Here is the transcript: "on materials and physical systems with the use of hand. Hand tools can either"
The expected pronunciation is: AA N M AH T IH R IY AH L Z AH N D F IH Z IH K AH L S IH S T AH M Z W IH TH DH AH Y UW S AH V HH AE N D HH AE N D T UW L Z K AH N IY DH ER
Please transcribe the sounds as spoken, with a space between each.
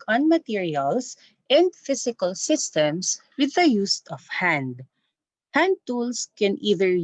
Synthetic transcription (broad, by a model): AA N M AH T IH R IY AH L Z AH N D F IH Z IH K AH L S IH S T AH M S W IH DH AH Y UW S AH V HH AE N D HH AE N D T UW L S K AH N IY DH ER